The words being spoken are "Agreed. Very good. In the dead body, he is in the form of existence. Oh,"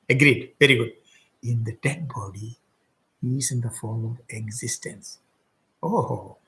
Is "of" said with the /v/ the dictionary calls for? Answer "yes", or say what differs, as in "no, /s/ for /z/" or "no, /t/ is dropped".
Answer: yes